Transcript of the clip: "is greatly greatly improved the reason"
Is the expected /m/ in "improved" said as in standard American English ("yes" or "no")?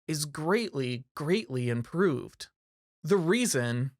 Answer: yes